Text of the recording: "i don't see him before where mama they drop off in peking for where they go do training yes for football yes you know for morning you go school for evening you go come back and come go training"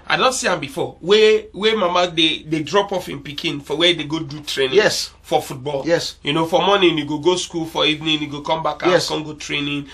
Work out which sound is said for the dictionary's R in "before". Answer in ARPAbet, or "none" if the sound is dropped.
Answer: W